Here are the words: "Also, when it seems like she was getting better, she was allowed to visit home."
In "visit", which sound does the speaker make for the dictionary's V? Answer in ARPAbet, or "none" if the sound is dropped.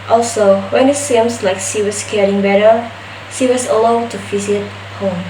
F